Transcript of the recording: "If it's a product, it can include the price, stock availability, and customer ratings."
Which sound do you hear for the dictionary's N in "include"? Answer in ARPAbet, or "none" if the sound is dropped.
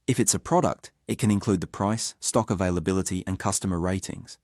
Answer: N